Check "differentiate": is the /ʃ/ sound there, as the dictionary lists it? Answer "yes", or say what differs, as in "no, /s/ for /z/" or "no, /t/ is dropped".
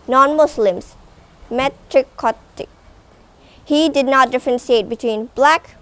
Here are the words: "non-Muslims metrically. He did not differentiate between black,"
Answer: no, /s/ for /ʃ/